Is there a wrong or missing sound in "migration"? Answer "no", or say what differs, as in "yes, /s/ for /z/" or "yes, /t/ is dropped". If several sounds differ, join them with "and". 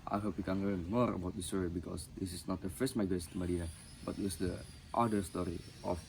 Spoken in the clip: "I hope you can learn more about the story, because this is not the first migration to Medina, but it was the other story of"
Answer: yes, /s/ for /ʃ/